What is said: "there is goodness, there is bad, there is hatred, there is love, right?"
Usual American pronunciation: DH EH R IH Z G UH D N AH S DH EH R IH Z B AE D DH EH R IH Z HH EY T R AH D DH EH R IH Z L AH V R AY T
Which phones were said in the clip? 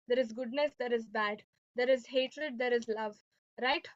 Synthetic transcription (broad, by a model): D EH R IH Z G UH D N AH S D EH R IH Z B AE D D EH R IH Z HH EY T R AH D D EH R IH Z L AH V R AY T